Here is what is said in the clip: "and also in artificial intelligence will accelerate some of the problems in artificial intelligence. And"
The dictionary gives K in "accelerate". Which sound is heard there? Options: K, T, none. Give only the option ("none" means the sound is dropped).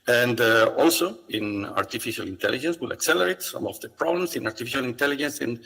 K